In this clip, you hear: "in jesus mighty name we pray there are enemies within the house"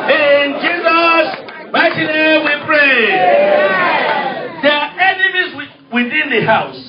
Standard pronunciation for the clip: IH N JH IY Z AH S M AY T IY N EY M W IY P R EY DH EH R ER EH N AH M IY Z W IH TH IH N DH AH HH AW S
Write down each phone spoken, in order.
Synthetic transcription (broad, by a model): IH N JH IY Z AH S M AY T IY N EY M W IY P R EY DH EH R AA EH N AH M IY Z W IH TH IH N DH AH HH AW S